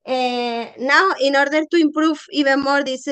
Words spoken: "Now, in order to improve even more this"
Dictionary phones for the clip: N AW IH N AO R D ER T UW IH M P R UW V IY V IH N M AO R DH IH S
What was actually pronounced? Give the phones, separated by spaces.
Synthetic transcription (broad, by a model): N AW IH N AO R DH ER T UW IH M P R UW F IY B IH M AO R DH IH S